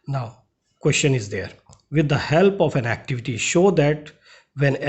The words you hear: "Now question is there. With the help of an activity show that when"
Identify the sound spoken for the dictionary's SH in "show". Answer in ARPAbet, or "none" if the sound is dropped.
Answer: SH